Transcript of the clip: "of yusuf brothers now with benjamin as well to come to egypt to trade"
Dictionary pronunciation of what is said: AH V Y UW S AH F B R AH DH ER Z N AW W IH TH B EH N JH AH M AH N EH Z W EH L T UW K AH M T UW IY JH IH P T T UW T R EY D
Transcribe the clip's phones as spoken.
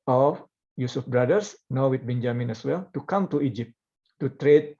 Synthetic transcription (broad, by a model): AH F Y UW S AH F B R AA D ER S N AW W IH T B EH N JH AH M AH N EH S W EH L T UW K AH M T UW IY JH IH P T T UW T R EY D